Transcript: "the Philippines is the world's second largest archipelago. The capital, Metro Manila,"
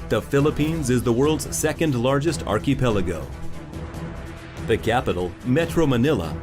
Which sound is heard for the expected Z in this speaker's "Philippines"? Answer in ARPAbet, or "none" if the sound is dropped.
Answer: Z